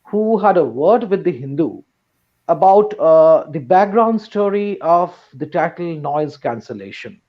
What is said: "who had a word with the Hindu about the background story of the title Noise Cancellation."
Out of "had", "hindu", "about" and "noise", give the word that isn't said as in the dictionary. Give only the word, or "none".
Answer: none